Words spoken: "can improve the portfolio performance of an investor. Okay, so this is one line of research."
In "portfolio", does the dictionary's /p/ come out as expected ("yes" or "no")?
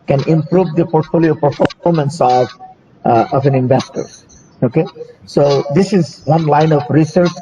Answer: yes